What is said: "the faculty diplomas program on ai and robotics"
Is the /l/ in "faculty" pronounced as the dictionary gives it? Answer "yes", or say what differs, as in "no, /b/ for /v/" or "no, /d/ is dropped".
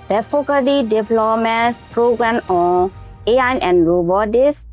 no, /l/ is dropped